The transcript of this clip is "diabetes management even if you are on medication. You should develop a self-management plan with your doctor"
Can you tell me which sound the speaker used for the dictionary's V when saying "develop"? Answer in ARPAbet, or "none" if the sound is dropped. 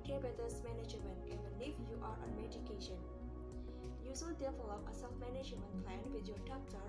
F